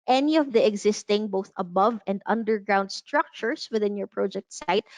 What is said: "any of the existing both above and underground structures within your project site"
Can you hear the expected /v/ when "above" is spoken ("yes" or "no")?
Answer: yes